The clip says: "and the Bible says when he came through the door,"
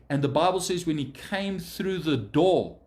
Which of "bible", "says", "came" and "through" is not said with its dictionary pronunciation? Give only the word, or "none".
none